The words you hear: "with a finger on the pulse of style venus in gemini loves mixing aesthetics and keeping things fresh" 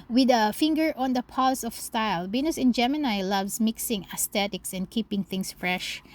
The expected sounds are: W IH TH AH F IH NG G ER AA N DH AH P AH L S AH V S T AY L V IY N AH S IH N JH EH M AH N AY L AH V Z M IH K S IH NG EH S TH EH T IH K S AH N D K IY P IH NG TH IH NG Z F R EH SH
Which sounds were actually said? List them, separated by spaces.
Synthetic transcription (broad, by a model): W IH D AH F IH NG G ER AA N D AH P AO L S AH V S T AY L B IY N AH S IH N JH EH M AH N AY L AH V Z M IH K S IH NG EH S T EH T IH K S AH N D K IY P IH NG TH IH NG S F R EH SH